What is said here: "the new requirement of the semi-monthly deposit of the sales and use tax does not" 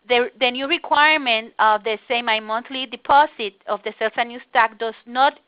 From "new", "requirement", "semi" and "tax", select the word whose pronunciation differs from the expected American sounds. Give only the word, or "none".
tax